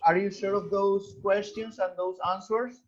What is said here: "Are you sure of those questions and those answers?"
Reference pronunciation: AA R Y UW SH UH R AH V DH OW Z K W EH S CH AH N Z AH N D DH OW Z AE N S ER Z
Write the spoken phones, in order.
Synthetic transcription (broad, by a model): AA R Y UW S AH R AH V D OW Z K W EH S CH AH N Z AH N D OW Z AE N S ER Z